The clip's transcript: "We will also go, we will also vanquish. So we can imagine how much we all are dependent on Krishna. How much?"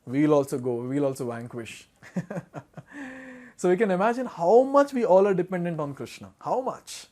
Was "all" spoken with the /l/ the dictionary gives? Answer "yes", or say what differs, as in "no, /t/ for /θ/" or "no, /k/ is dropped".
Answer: yes